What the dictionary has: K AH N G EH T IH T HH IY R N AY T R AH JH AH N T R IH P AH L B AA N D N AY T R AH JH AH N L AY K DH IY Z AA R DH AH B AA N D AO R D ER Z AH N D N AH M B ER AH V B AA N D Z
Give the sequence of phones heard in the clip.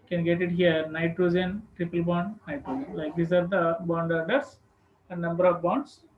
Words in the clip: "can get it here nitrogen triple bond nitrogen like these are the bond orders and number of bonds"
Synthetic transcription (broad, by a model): K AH N G EH T IH T HH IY R N AY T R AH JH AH N T R IH P AH L B AA N D N AY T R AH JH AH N L AY K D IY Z AA R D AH B AA N D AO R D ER S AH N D N AH M B ER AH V B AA N D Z